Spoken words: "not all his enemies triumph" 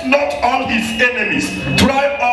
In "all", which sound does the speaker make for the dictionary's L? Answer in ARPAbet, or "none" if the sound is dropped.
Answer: N